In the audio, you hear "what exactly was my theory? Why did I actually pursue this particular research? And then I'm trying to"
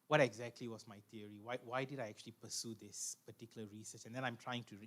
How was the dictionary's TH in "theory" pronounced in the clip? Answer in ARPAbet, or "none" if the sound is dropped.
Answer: T